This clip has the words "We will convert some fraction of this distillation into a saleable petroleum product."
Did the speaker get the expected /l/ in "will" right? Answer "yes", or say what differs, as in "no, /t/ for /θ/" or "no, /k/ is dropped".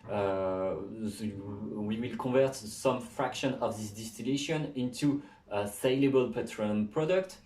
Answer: yes